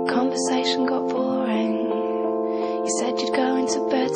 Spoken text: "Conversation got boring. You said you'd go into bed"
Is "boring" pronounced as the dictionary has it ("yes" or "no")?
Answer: no